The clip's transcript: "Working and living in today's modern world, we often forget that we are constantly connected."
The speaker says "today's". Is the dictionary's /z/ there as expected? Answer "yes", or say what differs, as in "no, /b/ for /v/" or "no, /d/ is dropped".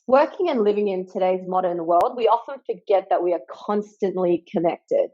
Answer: yes